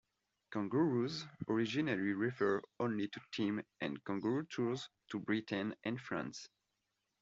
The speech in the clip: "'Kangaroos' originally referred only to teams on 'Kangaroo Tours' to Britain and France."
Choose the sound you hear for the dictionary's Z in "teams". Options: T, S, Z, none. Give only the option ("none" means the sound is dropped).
none